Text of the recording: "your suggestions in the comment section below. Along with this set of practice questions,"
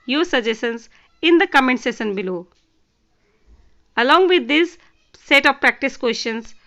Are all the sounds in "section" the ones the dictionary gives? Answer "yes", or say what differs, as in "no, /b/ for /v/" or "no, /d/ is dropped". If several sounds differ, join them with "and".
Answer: no, /k/ is dropped